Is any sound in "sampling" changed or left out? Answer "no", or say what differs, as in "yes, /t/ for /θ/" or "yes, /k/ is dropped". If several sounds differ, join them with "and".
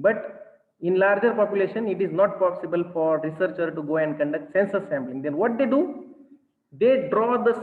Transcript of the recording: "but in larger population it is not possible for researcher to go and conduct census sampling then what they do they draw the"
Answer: yes, /b/ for /p/